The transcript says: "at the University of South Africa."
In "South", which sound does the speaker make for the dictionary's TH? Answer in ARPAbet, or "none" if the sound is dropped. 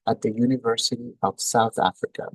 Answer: TH